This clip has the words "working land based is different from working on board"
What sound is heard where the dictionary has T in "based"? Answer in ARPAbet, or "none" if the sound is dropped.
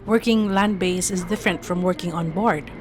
none